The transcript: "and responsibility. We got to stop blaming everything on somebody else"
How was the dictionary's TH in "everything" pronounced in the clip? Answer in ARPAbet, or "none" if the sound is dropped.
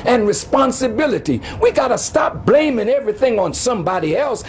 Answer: TH